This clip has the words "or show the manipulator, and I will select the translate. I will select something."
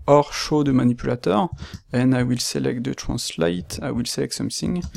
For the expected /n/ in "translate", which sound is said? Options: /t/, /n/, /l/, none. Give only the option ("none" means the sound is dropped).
none